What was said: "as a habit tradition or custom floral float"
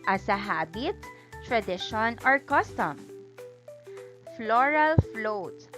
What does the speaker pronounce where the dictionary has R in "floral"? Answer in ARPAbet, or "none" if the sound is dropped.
R